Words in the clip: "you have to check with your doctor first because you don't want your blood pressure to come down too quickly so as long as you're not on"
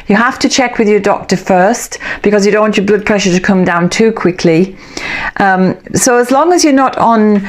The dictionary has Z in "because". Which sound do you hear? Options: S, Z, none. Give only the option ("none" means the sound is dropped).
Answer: Z